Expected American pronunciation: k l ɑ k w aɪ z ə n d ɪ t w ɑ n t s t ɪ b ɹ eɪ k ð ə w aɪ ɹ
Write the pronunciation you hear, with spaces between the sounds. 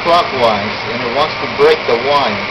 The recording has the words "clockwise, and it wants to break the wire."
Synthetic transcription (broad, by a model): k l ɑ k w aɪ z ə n ɪ t w ɑ n t s t ɪ b ɹ eɪ k ð ə w aɪ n